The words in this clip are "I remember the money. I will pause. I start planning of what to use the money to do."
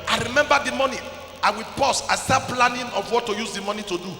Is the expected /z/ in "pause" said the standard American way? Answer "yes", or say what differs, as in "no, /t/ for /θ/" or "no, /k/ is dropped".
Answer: no, /s/ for /z/